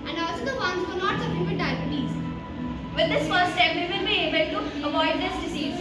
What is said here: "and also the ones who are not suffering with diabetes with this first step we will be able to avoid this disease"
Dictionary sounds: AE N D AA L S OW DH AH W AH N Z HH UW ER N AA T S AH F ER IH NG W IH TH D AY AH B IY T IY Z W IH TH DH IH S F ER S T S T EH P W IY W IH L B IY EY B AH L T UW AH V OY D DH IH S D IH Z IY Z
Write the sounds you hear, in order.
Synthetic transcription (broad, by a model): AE N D AA L S OW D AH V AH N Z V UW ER N AA T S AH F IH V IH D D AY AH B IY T IY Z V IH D IH S F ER T S T EH P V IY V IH L B IY EY B AH L T UW AH V OY D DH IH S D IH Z IY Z